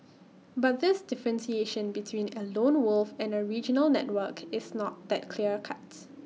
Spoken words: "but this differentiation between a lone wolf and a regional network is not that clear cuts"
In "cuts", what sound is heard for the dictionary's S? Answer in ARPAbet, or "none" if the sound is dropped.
none